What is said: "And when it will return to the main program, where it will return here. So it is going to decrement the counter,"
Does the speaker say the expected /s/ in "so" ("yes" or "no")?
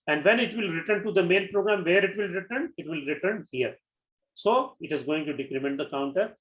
yes